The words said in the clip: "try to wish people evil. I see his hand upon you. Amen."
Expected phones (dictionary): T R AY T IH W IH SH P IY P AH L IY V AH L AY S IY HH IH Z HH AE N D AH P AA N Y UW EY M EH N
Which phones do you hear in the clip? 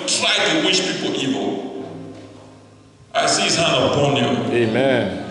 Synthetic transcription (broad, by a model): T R AY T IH W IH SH P IY P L IY V AH L AY S IY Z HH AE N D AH B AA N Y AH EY M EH N